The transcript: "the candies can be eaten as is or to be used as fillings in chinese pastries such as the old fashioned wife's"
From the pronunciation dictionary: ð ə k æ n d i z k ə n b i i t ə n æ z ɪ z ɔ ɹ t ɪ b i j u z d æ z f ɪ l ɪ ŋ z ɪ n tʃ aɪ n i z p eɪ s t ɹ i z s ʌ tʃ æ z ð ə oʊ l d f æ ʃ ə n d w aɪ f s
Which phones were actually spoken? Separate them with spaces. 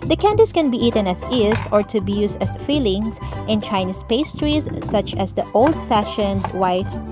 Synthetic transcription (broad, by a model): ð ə k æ n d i s k ə n b i i t ə n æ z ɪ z ɔ ɹ t ɪ b i j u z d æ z f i l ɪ ŋ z ɪ n tʃ aɪ n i s p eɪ s t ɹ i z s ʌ tʃ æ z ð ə oʊ l d f æ ʃ ə n d w aɪ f s